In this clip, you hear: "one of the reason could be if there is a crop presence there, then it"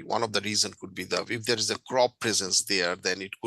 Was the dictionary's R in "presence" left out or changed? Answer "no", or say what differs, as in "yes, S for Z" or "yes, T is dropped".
no